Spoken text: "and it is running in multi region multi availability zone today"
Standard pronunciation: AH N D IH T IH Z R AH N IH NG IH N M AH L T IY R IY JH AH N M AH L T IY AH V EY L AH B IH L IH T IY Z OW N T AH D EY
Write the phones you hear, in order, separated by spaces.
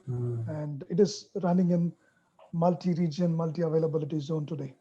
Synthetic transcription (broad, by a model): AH N D IH T IH Z R AH N IH NG IH N M AH L T IY R IY JH AH N M AH L T IY AH V EY L AH B IH L IH T IY Z OW N T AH D EY